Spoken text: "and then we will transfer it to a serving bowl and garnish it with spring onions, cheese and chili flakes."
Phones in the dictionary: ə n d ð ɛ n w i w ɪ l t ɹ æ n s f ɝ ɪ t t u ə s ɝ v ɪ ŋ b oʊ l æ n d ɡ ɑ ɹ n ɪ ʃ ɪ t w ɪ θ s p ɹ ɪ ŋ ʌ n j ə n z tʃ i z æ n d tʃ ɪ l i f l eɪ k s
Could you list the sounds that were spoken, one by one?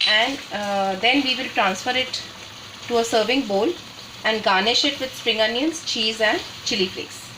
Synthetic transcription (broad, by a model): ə n d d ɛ n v i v ɪ l t ɹ æ n s f ɝ ɪ t t u ə s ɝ v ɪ ŋ b oʊ l æ n d ɡ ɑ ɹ n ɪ ʃ ɪ t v ɪ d s p ɹ ɪ ŋ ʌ n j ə n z tʃ i z æ n d tʃ ɪ l i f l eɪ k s